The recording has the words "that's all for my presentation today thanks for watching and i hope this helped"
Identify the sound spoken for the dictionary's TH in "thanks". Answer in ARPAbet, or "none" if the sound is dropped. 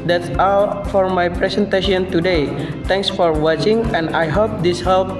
T